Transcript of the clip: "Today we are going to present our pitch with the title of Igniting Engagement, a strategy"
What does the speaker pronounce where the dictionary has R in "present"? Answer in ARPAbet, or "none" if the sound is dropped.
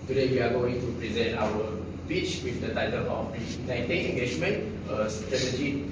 R